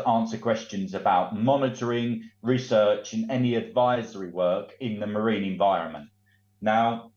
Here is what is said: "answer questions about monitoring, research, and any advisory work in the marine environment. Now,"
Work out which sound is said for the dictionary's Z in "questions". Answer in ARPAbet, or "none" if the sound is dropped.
Z